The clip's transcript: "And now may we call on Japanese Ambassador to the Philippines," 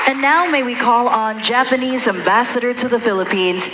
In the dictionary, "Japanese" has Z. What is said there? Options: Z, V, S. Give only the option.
Z